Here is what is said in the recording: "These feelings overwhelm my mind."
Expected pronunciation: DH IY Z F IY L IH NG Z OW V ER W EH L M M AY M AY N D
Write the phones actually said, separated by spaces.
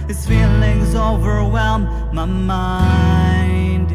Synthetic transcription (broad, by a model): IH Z F IY L IH NG Z OW V ER W EH L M M AY M AY N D